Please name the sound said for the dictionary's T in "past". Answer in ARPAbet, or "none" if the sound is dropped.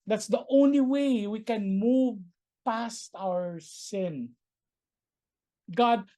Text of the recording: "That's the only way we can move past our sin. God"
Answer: T